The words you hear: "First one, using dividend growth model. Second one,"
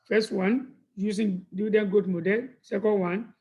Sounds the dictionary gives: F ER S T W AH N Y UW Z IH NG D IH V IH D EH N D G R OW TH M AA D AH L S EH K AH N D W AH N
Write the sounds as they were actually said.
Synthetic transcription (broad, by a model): F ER S T W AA N Y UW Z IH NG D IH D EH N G OW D M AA D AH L S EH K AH N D W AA N